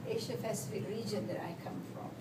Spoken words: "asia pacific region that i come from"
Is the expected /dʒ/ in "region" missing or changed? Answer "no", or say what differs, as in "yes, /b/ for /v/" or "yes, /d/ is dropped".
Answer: no